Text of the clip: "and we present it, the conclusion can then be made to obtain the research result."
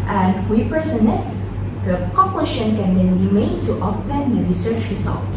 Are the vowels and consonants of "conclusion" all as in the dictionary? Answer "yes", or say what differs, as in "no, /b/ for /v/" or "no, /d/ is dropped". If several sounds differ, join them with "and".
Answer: no, /n/ is dropped and /ʃ/ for /ʒ/